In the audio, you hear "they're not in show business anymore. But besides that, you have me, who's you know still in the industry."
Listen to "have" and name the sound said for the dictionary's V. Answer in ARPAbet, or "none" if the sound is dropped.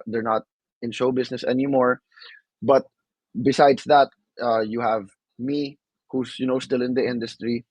V